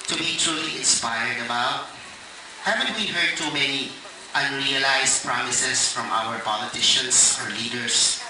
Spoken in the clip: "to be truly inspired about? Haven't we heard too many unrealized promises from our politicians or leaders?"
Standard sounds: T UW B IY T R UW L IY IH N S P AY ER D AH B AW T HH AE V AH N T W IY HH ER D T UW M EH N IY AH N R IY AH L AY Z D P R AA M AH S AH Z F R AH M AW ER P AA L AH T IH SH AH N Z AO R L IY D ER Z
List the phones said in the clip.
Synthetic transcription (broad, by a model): T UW B IY T R UW L IY IH N S P AY ER D AH B AW T HH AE V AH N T W IY HH ER D T UW M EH N IY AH N R IY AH L AY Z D P R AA M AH S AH S F R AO M AW ER P AA L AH T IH SH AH N S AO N L IY D ER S